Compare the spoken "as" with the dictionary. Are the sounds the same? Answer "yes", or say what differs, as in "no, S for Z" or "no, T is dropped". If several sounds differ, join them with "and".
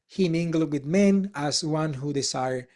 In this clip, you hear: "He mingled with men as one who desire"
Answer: no, S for Z